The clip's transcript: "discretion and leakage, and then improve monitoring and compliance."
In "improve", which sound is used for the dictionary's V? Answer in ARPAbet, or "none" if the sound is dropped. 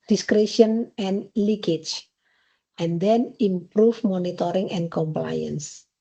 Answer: F